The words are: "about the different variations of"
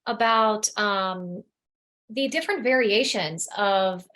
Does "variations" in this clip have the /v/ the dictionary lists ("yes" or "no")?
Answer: yes